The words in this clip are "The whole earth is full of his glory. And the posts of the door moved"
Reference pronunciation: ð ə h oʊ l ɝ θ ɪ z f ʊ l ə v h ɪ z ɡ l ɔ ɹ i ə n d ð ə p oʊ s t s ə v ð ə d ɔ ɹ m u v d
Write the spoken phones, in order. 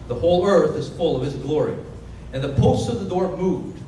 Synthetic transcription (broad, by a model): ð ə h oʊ n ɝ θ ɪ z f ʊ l ə v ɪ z ɡ l ɔ ɹ i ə n ð ə p oʊ s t ə v ð ə d ɔ ɹ m u v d